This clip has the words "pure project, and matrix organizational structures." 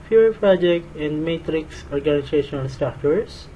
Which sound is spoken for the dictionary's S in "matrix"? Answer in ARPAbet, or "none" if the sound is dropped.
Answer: S